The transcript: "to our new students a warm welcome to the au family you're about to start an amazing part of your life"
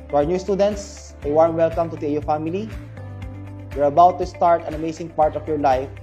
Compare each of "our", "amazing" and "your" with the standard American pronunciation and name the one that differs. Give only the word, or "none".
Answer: amazing